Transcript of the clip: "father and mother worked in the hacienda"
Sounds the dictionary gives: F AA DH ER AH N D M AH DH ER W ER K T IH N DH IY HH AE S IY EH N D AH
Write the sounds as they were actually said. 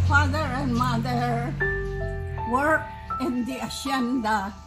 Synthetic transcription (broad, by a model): F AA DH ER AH N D M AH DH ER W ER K IH N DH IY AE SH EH N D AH